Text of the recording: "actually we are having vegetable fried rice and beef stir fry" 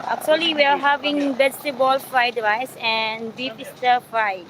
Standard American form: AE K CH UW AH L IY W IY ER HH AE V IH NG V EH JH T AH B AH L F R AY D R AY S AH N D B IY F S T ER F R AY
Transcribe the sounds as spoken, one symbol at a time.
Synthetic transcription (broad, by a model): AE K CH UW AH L IY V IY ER HH AE V IH NG B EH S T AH B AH L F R AY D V AY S AH N D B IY P S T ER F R AY